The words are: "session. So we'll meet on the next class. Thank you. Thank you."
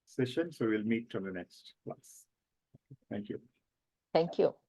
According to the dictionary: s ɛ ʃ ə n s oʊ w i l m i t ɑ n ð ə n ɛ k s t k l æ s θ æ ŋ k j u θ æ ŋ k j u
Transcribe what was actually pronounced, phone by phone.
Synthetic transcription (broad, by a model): s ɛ ʃ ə n s oʊ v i l m i t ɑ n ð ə n ɛ k s t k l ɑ s t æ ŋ k j u t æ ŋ k j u